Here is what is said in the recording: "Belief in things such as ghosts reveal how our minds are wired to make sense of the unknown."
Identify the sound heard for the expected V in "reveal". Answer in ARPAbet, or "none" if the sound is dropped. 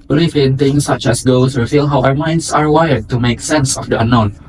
F